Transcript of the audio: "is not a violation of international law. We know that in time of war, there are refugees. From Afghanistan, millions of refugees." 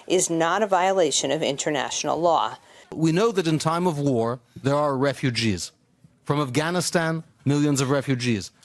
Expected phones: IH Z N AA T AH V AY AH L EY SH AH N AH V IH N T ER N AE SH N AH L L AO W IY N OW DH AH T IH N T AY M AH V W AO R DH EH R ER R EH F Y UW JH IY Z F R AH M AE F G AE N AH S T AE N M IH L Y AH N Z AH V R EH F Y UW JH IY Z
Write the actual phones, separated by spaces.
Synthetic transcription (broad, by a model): IH Z N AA T AH V AY AH L EY SH AH N AH V IH N T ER N AE SH N L L AO W IY N OW DH AH T IH N T AY M AH V W AO R DH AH R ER R EH F Y UW JH IY Z F R AH M AE F G AE N AH S T AE N M IH L Y AH N Z AH V R EH F Y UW JH IY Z